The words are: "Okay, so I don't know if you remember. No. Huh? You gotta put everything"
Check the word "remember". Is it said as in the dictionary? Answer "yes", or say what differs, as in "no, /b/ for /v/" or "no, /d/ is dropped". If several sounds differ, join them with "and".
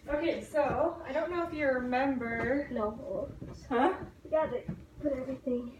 yes